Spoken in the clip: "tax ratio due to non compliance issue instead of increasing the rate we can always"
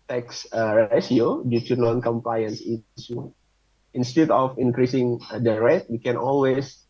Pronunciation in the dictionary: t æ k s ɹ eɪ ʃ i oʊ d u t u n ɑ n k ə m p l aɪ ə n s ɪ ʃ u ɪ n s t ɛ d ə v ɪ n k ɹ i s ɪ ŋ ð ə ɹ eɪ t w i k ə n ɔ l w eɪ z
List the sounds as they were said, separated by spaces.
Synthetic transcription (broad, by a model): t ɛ k s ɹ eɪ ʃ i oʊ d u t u n ɑ n k ə m p l aɪ ə n s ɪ s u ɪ n s t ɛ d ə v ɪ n k ɹ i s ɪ ŋ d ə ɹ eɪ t w i k ə n ɔ l w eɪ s